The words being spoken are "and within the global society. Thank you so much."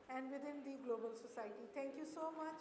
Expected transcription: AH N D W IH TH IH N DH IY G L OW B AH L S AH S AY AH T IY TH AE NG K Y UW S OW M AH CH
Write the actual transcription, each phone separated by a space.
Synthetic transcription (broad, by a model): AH N D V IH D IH N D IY G L OW B AH L S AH S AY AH T IY T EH NG K Y UW S OW M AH CH